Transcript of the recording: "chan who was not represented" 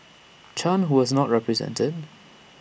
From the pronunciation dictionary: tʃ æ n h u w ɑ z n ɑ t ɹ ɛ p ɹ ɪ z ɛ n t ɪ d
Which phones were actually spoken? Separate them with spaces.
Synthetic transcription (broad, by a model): tʃ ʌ n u w ɑ z n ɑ t ɹ ɛ p ɹ ɪ z ɛ n t ɪ d